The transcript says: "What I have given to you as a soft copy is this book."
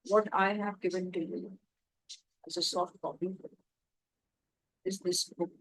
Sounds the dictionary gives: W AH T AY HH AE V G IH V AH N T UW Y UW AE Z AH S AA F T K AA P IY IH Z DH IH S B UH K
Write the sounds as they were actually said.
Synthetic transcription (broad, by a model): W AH T AY HH AE V G IH V AH N T UW Y UW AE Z AH S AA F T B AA B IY IH Z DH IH S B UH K